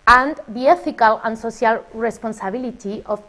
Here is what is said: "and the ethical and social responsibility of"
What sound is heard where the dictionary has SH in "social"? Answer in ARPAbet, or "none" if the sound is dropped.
S